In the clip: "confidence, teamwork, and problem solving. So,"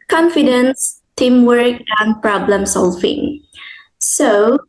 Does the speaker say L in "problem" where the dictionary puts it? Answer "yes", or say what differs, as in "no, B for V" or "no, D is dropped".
yes